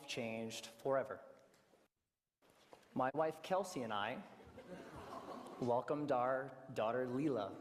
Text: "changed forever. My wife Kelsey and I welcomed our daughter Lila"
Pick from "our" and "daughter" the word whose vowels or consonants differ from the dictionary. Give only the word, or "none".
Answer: none